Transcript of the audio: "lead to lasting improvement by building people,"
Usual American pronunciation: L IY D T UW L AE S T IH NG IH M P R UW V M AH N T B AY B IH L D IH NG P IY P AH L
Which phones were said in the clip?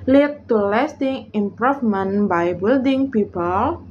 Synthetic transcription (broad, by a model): L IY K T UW L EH S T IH NG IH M P R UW F M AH N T B AY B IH L D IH NG P IY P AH L